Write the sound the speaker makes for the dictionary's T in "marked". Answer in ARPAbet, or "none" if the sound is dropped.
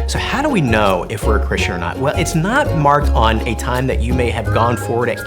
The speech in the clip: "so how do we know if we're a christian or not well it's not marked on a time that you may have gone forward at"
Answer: T